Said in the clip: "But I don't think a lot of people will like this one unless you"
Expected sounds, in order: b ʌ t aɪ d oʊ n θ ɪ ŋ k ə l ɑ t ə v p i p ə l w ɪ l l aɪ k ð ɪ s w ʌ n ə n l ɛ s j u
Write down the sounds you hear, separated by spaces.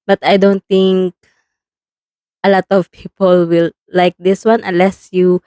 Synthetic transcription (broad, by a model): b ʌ t aɪ d oʊ n t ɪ ŋ k ə l ɑ t ə v p i p ə l w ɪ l l aɪ k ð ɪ s w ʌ n ə n l ɛ s j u